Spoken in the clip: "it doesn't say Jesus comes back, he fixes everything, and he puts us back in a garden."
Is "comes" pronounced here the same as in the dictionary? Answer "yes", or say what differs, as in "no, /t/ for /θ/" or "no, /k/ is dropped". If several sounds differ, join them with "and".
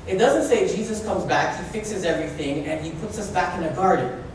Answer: yes